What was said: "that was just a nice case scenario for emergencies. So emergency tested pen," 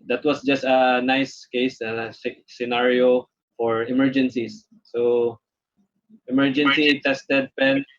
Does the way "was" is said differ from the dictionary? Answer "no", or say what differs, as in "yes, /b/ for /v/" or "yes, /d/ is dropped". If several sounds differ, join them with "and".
yes, /s/ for /z/